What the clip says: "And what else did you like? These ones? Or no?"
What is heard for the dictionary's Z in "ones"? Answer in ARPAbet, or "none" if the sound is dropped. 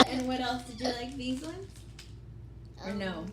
none